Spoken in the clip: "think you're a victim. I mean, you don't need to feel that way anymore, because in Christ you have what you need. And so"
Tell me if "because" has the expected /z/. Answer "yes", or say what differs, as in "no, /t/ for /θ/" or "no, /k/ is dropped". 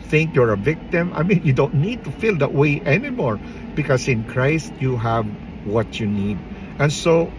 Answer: no, /s/ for /z/